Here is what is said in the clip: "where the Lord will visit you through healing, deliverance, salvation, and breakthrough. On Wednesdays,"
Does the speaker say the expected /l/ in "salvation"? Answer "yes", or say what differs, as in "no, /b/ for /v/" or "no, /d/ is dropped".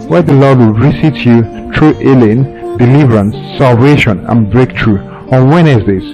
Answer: yes